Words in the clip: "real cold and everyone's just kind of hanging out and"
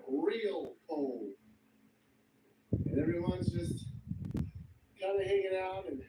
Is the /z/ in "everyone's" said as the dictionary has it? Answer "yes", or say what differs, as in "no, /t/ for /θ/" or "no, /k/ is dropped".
yes